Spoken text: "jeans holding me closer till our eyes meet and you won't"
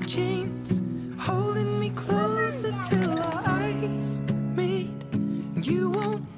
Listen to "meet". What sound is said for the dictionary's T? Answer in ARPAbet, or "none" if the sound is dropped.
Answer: none